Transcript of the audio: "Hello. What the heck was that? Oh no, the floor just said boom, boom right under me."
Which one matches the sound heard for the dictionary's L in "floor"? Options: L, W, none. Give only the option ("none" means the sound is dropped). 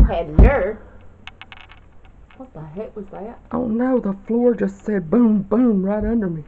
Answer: L